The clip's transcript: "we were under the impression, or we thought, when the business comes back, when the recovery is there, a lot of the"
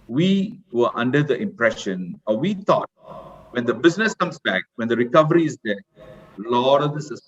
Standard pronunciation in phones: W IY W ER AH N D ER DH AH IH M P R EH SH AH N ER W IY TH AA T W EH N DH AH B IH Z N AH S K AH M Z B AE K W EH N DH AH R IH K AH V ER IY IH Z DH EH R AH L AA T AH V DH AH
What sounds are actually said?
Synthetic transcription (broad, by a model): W IY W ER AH N D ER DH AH IH M P R EH SH AH N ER W IY T AA T W EH N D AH B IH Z N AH S K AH M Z B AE K W EH N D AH R IH K AH V ER IY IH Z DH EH L AH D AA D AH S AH